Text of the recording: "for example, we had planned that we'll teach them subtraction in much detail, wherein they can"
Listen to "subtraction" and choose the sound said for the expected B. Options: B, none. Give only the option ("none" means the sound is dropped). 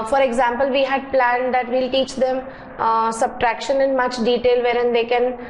B